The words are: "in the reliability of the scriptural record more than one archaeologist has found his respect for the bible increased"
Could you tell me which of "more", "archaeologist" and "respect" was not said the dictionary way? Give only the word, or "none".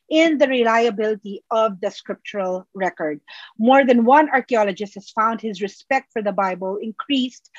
none